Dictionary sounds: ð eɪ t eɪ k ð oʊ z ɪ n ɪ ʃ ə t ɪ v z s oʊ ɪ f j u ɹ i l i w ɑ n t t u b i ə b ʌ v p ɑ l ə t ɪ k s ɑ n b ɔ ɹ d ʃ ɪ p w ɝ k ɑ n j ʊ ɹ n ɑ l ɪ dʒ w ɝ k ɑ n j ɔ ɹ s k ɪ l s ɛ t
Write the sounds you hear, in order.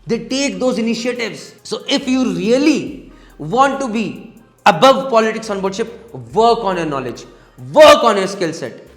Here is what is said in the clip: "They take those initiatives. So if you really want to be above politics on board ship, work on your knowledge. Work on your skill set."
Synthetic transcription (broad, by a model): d eɪ t eɪ k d oʊ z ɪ n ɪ ʃ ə t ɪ v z s oʊ ɪ f j u ɹ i l i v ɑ n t t u b i ə b ʌ v p ɑ l ə t ɪ k s ɑ n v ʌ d ʃ ɪ p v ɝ k ɑ n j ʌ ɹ n ɑ l ɪ dʒ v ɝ k ɑ n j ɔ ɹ s k ɪ l s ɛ t